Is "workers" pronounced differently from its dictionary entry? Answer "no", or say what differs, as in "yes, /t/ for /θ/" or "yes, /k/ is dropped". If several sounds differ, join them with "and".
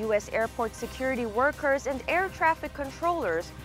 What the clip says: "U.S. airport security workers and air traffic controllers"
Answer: no